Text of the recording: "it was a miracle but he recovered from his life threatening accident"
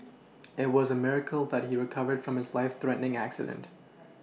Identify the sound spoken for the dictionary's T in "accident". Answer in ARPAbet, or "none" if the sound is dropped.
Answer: T